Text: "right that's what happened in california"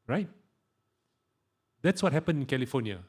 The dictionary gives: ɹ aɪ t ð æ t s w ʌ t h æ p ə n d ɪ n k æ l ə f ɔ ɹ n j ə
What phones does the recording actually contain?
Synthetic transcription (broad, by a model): ɹ aɪ t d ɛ t s w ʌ t h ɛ p ə n ɪ n k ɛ l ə f ɔ n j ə